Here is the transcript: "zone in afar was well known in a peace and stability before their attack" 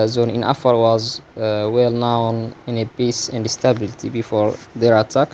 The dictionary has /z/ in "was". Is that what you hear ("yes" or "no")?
yes